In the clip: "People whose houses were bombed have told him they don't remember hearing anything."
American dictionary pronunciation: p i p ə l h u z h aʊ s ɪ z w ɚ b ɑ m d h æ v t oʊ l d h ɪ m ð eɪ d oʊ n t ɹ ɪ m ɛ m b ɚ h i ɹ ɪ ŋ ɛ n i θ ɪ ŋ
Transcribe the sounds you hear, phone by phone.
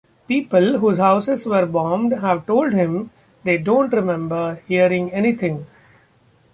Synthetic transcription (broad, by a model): p i p ə l h u z h aʊ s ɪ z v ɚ b ɑ m d h æ v t oʊ l d h ɪ m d eɪ d oʊ n t ɹ ɪ m ɛ m b ɚ h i ɹ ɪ ŋ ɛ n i t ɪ ŋ